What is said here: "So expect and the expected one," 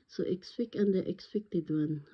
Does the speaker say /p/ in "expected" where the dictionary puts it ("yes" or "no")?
no